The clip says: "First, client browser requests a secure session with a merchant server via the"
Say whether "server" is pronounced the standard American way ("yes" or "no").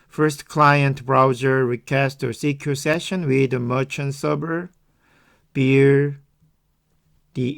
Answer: no